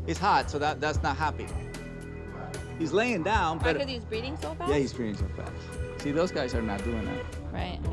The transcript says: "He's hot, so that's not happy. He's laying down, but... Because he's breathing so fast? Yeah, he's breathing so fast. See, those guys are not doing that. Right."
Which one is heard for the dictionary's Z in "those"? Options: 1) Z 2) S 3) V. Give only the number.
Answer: 1